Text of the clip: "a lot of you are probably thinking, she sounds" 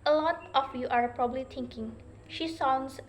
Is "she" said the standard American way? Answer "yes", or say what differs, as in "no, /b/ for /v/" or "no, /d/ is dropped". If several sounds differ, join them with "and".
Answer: yes